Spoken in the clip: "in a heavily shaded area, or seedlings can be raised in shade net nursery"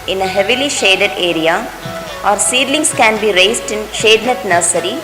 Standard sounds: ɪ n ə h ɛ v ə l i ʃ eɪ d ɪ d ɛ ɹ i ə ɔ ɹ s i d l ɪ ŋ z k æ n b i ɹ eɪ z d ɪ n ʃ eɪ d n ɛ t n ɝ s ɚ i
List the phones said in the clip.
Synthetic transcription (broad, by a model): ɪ n ə h ɛ v ə l i ʃ eɪ d ɪ d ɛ ɹ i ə ɔ ɹ s i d l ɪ ŋ s k æ n b i ɹ eɪ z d ɪ n ʃ eɪ d n ɛ t n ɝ s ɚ i